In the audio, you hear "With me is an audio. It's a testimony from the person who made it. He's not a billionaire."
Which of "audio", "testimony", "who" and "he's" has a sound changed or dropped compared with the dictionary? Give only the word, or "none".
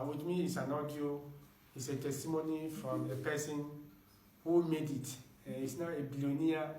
he's